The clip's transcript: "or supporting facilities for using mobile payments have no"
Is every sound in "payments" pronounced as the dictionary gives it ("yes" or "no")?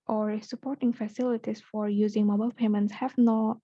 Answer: yes